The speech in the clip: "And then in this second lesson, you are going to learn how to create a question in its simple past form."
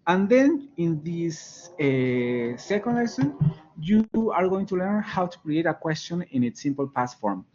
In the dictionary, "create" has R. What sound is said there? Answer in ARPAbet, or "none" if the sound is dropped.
R